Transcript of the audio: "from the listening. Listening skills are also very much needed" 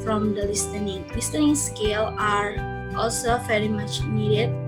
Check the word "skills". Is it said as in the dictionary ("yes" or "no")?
no